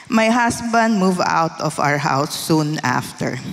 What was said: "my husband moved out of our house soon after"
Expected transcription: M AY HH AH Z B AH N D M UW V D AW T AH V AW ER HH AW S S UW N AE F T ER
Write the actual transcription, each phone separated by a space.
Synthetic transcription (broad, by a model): M AY HH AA S B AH N D M UW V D AW T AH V AW ER HH AW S S UW N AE F T ER